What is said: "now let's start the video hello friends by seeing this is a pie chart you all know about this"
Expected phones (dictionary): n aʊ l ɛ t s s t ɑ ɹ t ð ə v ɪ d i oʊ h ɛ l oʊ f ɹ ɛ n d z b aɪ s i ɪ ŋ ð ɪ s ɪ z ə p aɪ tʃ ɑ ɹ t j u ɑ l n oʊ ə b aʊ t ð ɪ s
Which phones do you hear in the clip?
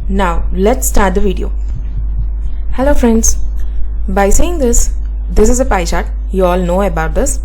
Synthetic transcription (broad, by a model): n aʊ l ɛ t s s t ɑ ɹ t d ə v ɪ d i oʊ h ɛ l oʊ f ɹ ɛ n d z b aɪ s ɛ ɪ ŋ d ɪ s ɪ z ə p aɪ ʃ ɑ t j u ɑ l n oʊ ə b aʊ t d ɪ s